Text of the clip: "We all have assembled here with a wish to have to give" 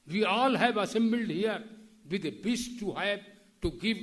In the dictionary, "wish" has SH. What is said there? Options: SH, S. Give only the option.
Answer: S